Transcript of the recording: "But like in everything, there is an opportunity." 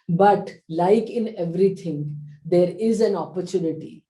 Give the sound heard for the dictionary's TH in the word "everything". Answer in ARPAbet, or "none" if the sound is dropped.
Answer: T